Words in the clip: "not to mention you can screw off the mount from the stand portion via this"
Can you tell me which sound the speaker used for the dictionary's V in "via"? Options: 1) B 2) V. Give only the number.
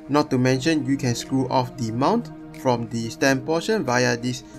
2